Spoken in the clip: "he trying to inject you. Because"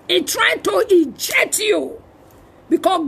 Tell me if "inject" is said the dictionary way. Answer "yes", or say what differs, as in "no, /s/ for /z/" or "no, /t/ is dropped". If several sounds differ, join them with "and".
no, /n/ is dropped and /k/ is dropped